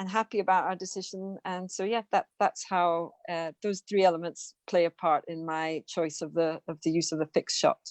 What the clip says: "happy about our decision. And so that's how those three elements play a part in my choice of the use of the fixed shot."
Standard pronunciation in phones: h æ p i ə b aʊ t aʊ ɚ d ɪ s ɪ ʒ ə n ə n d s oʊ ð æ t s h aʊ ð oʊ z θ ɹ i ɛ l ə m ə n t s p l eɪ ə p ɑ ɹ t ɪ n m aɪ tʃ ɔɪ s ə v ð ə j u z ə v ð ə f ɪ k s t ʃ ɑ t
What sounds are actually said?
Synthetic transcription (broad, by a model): h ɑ p i ə b aʊ t aʊ ɚ d ɪ s ɪ ʒ ə n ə n s oʊ ð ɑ t s h aʊ ð oʊ z θ ɹ i ɛ l ə m ə n t s p l eɪ ə p ɑ ɹ t ɪ n m aɪ tʃ ɔɪ s ə v ð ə j u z ə v ð ə f ɪ k s ʃ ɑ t